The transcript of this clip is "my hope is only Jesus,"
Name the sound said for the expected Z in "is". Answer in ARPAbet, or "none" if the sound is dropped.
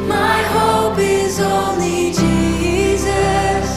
Z